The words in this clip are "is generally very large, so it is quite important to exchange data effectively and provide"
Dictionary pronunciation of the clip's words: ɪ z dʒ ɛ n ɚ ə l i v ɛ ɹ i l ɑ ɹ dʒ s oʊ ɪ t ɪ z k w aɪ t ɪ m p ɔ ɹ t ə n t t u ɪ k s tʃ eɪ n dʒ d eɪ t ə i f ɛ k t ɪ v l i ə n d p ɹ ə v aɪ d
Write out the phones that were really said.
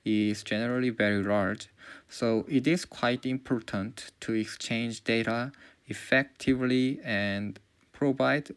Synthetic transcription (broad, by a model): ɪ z dʒ ɛ n ɚ ə l i v ɛ ɹ i l ɑ ɹ dʒ s oʊ ɪ t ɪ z k w aɪ t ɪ m p ɔ ɹ t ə n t t u ɪ k s tʃ eɪ n dʒ d eɪ t ə i f ɛ k t ɪ v l i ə n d p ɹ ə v aɪ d